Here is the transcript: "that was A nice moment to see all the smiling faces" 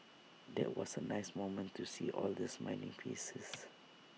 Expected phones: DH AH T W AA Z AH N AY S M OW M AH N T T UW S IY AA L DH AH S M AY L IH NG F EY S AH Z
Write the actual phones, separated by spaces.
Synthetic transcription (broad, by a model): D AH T W AA S AH N AY S M OW M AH N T T UW S IY AA L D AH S M AY N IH NG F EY S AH S